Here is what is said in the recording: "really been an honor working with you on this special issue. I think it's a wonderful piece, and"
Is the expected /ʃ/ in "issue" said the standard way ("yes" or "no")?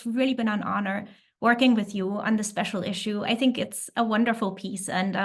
yes